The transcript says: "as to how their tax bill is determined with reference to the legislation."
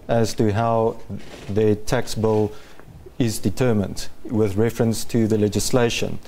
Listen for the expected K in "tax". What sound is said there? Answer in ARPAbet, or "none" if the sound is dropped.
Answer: K